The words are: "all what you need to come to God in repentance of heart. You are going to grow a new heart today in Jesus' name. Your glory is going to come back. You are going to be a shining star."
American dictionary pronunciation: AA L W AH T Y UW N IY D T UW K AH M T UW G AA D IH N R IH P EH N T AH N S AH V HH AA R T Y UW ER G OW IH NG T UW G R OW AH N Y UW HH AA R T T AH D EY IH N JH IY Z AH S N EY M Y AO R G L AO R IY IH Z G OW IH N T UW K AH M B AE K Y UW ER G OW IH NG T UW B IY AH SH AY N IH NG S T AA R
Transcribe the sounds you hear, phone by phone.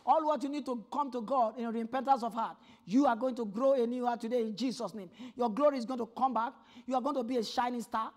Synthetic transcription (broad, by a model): AA L W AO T Y UW N IY D T UW K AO M T UW G AA D IH N R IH P EH N T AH N S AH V HH AA T Y UW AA G OW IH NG T UW G R OW AH N Y UW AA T T AH D EY IH N JH IY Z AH S N EY M Y AO G L AO R IY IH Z G OW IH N T UW K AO M B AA K Y UW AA G OW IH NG T UW B IY AH SH AY N IH NG S T AA